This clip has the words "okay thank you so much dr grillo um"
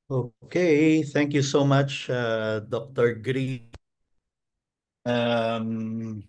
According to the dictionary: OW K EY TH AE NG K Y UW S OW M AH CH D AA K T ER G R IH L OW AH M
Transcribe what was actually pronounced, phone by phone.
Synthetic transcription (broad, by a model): OW K EY TH AE NG K Y UW S OW M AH CH D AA K T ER G R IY OW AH M